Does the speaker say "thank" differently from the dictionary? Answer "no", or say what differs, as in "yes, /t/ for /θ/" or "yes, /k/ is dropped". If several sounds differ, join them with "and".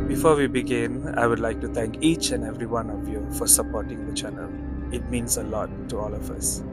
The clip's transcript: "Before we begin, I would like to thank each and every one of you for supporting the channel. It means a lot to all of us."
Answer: yes, /t/ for /θ/